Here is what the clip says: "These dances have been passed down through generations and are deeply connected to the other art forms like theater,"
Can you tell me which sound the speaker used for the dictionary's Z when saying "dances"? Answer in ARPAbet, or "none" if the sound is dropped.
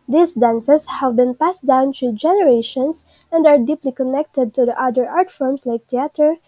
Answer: S